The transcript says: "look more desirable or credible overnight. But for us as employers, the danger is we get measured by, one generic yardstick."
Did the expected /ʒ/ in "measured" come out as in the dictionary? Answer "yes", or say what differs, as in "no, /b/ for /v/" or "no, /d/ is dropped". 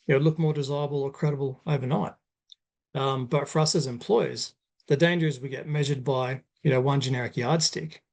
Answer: yes